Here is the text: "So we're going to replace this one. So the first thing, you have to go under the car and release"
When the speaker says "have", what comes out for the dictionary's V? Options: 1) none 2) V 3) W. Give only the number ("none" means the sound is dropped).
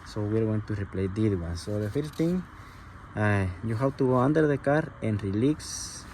3